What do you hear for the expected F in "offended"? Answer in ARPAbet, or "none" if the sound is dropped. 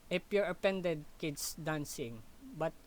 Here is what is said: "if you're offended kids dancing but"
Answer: P